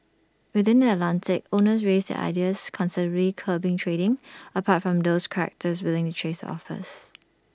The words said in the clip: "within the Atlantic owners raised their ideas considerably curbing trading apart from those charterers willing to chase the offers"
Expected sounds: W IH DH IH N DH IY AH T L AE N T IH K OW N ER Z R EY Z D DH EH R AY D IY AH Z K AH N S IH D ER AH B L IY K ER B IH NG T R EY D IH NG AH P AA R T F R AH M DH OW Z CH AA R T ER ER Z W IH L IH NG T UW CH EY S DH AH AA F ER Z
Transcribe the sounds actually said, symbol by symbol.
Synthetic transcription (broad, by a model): W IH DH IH N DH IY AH T L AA N T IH K OW N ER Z R EY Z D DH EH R AY D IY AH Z K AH N S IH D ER AH L IY K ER B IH NG T R EY D IH NG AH P AA T F R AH M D OW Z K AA R T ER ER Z W IH L IH NG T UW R EY S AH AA F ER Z